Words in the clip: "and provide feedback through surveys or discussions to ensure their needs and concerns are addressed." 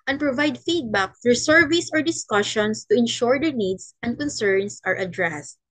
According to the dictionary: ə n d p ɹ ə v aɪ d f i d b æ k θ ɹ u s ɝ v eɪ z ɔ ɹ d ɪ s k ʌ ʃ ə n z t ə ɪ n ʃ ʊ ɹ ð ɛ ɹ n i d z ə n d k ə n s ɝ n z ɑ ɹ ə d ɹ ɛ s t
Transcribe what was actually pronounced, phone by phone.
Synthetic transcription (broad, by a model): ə n p ɹ ə v aɪ d f i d b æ k f ɹ s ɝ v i s ɔ ɹ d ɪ s k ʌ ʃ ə n s t ə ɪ n ʃ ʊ ɹ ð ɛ ɹ n i d s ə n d k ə n s ɝ n s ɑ ɹ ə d ɹ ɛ s t